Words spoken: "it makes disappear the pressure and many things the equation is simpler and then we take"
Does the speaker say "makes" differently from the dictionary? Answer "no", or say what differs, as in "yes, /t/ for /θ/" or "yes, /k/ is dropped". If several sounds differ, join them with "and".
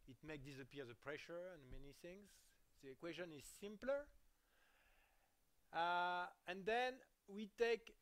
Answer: yes, /s/ is dropped